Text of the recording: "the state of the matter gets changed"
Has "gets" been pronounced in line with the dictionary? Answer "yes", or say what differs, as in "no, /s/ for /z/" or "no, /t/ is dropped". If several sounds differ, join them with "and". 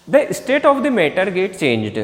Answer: no, /s/ is dropped